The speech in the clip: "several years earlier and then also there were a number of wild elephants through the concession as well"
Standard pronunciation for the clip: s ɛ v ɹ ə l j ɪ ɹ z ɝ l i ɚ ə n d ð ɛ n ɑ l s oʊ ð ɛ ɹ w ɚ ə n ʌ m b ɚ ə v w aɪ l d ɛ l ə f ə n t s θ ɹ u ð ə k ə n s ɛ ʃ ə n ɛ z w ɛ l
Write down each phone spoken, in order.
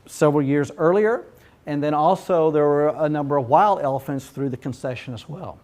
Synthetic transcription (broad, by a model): s ɛ v ɹ l j ɪ ɹ z ɝ l i ɚ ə n ð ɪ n ɑ l s oʊ ð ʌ ɹ w ɚ ə n ʌ m b ɚ ə v w aɪ l d ɛ l ə f ə n t s θ ɹ u ð ə k ə n s ɛ ʃ ə n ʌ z w ɛ l